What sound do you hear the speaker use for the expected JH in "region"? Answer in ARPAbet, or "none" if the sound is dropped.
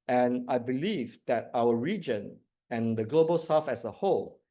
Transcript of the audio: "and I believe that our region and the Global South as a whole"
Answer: JH